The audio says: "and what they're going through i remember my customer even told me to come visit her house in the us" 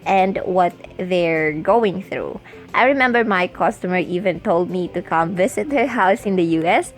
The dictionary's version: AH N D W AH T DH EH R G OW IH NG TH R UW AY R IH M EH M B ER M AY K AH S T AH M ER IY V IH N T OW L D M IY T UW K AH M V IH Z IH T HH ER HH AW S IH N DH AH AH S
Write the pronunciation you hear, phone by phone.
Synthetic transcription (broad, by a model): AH N D W AH T DH EH R G OW IH NG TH R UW AY R IH M EH M B ER M AY K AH S T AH M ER IY V IH N T OW L D M IY T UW K AH M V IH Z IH T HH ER HH AW S IH N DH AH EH S